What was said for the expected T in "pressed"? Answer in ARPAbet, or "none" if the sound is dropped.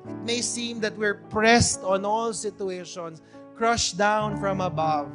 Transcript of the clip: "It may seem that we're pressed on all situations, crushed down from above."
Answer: T